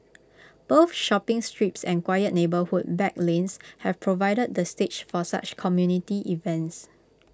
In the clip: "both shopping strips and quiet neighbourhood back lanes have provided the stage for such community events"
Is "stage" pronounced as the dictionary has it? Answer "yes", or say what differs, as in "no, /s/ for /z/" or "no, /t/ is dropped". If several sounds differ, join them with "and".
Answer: no, /tʃ/ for /dʒ/